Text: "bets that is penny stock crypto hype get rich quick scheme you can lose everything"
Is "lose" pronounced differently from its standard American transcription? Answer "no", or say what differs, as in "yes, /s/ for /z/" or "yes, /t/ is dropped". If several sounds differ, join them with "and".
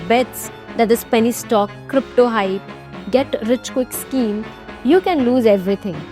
no